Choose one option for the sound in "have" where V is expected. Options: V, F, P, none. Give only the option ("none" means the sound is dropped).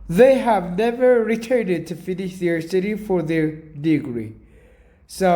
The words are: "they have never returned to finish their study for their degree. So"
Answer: V